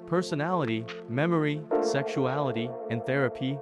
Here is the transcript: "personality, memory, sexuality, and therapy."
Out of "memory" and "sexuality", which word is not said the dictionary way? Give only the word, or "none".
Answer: none